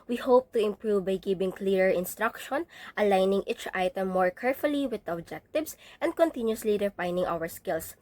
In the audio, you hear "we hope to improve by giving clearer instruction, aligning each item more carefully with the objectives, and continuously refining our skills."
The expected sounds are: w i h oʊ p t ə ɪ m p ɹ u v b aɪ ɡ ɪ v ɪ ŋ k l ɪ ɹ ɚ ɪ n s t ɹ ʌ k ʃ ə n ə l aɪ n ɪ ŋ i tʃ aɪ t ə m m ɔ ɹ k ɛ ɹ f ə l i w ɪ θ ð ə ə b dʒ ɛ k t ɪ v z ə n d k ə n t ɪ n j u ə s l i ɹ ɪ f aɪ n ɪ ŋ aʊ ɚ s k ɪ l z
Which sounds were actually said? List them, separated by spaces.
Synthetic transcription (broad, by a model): w i h oʊ p t ə ɪ m p ɹ u v b aɪ ɡ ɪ b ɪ ŋ k l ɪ ɹ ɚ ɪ n s t ɹ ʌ k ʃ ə n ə l aɪ n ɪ ŋ i tʃ aɪ t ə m m ɔ ɹ k ɛ ɹ f ə l i w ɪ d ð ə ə b dʒ ɛ k t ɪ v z ə n d k ə n t ɪ n j u ə s l i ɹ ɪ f aɪ n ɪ ŋ aʊ ɚ s k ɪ l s